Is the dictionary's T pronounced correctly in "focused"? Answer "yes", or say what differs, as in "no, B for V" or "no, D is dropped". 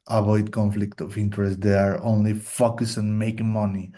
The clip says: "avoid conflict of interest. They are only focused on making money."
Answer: no, T is dropped